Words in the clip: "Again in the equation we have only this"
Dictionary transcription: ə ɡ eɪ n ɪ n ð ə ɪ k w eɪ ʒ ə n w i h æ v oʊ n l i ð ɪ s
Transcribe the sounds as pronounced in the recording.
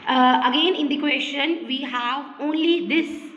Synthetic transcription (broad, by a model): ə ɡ eɪ n ɪ n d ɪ k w eɪ ʃ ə n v i h æ v oʊ n l i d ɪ s